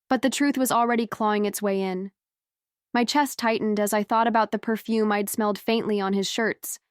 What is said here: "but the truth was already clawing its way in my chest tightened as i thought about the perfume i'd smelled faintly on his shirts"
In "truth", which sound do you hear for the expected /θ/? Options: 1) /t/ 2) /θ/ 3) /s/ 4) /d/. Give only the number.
2